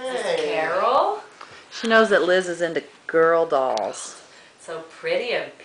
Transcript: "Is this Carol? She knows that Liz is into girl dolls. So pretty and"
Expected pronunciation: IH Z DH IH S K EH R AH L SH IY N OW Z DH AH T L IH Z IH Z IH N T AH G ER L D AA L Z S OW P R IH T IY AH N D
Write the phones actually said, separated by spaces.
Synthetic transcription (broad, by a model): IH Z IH K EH R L SH IY N OW Z DH AH T L IH Z IH Z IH N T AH G ER L D AA L Z S OW P R IH T IY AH